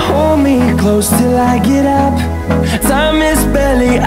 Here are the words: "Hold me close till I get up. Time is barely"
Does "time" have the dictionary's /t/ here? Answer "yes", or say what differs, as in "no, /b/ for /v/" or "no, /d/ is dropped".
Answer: no, /s/ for /t/